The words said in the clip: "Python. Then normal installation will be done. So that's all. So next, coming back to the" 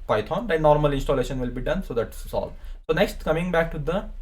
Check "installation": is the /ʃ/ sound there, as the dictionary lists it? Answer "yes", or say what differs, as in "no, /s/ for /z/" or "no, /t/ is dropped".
yes